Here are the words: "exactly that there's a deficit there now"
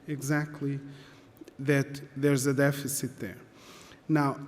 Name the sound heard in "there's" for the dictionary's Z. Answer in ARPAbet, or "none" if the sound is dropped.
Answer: Z